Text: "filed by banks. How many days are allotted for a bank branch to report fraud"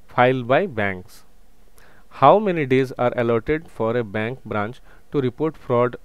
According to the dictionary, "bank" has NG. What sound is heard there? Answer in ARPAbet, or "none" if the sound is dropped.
NG